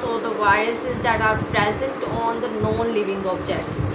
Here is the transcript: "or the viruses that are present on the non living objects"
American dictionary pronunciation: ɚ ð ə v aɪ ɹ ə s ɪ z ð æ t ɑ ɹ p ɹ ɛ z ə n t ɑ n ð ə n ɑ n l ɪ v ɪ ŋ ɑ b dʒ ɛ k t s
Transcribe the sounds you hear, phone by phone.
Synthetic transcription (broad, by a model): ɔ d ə v aɪ ɹ ə s ɪ z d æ t ɑ ɹ p ɹ ɛ z ə n t ɑ n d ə n ɑ n l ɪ v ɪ ŋ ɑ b dʒ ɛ k t s